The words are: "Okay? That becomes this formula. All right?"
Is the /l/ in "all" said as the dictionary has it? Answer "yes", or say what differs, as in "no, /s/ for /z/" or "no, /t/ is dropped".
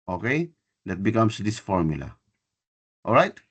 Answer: yes